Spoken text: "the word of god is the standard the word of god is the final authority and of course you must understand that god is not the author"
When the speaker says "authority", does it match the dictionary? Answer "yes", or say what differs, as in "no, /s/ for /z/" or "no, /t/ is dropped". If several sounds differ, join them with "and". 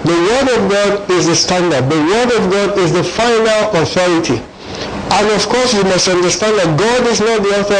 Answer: yes